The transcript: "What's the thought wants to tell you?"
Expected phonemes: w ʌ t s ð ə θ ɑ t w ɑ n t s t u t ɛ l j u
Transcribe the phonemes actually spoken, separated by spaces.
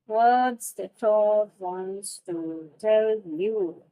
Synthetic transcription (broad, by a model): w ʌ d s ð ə t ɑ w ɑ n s t u t ɛ l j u